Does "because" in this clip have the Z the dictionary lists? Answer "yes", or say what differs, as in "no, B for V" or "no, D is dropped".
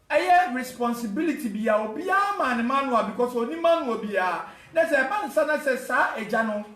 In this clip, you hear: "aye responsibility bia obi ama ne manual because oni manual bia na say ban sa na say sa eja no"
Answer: no, S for Z